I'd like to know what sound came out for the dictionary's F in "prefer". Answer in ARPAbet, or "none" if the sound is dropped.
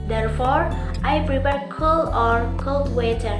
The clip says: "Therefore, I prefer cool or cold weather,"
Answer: P